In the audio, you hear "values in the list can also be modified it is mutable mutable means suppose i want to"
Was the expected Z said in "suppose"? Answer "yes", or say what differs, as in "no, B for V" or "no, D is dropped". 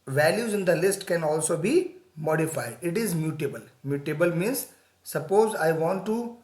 yes